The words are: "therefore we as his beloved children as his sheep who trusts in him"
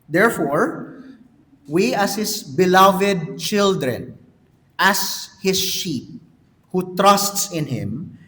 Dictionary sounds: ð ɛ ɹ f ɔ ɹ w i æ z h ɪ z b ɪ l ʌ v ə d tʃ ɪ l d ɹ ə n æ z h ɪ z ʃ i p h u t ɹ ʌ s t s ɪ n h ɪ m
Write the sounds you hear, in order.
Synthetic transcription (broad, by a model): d ɛ ɹ f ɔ ɹ w i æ s h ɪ s b ɪ l ʌ v ə d tʃ ɪ l d ɹ ə n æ s h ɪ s ʃ i p h u t ɹ ʌ s t s ɪ n h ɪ m